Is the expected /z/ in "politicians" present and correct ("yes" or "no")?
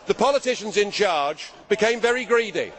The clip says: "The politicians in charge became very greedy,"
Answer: yes